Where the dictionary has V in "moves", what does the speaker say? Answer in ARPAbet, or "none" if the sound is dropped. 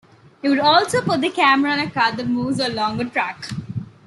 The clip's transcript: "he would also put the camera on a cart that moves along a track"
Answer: none